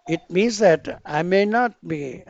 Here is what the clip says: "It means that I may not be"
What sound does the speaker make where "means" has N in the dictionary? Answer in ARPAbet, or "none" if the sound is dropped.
N